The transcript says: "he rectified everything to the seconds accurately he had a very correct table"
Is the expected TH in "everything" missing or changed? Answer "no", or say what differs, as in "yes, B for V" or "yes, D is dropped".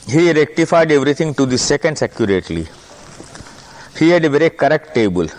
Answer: yes, T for TH